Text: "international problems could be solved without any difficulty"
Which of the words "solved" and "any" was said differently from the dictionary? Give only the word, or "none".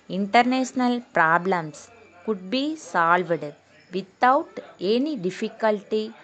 none